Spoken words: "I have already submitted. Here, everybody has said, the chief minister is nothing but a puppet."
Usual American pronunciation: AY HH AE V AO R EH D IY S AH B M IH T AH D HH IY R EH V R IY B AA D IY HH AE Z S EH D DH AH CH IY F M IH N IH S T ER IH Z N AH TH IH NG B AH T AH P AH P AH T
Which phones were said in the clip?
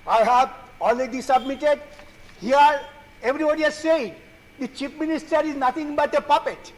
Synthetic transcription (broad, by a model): AY HH AE V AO L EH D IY S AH B M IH T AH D HH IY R EH V R IY B AA D IY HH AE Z S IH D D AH CH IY P M IH N IH S T ER IH Z N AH T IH NG B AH T AH P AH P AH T